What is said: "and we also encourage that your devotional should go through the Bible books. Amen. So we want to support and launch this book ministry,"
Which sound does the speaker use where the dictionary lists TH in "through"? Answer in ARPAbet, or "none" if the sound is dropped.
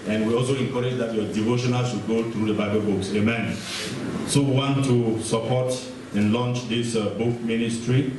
T